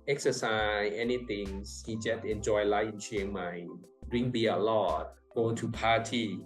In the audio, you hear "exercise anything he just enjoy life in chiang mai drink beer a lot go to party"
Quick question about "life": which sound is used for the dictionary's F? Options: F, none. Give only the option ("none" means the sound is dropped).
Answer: none